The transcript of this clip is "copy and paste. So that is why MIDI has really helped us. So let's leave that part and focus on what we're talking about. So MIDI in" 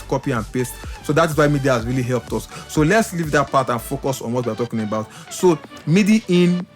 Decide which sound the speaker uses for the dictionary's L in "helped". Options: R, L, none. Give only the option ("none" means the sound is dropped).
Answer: L